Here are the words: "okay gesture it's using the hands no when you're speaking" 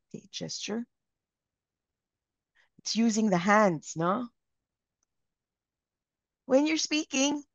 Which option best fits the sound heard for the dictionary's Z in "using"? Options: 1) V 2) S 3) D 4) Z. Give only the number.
4